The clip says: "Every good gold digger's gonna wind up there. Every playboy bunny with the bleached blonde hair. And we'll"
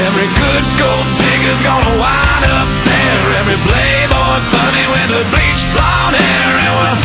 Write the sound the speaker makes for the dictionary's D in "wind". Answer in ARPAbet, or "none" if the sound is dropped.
none